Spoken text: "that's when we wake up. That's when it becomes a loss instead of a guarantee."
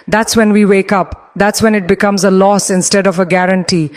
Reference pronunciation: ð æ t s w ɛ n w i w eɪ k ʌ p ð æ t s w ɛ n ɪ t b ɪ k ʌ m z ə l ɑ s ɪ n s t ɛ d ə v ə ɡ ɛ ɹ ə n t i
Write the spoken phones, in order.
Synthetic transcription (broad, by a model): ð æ t s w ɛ n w i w eɪ k ʌ p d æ t s w ɛ n ɪ t b ɪ k ʌ m z ə l ɑ s ɪ n s t ɛ d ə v ə ɡ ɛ ɹ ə n t i